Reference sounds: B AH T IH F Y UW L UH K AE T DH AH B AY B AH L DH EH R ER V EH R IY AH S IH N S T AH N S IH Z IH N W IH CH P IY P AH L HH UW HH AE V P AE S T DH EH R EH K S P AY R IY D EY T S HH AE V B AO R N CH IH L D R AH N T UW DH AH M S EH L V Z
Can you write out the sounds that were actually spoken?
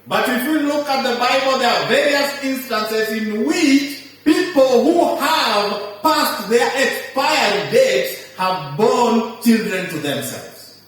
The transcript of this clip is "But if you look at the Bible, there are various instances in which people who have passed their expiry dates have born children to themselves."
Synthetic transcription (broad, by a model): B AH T IH F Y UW L UH K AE T DH AH B AY B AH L DH EH R V EH R IY AH S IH N S T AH N S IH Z IH N W IH CH P IY P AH L HH UW HH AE V P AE S T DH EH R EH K S P AY IY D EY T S HH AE V B AO N CH IH L D R AH N T UW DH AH M S EH L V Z